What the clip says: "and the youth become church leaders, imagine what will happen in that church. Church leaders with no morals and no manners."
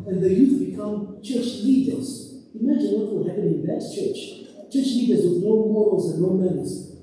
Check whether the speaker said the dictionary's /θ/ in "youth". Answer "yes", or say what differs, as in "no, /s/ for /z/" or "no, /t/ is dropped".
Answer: no, /f/ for /θ/